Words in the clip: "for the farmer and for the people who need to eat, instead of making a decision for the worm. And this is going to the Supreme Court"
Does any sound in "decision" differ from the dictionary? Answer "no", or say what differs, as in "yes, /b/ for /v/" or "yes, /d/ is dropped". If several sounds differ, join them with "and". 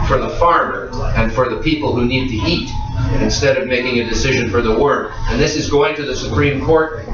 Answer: no